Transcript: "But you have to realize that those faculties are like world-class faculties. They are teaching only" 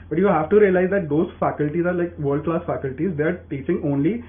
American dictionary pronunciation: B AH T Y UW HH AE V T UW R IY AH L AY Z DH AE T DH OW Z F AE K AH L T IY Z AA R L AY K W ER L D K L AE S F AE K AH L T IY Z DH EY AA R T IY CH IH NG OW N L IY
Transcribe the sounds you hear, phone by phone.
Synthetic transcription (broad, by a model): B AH T Y UW HH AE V T UW R IY AH L AY Z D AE T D OW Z F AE K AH L T IY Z AA R L AY K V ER D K L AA S F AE K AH L T IY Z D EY R T IY CH IH NG OW N L IY